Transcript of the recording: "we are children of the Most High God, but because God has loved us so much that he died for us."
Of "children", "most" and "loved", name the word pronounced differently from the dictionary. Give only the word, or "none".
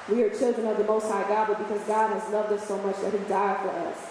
none